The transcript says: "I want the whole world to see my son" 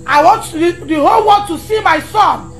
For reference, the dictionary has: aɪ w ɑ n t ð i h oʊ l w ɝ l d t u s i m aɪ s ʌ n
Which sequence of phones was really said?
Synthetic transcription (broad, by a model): aɪ w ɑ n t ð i h oʊ l w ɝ d t u s i m aɪ s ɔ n